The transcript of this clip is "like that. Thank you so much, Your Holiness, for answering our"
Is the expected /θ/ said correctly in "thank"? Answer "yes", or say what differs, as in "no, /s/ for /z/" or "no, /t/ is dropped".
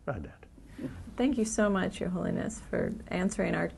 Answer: yes